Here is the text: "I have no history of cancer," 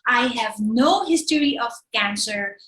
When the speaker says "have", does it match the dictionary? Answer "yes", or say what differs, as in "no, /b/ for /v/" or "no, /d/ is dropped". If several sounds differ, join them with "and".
yes